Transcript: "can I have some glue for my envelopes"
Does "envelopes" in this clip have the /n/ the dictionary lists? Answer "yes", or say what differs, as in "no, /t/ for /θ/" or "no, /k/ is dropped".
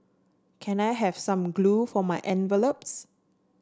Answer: yes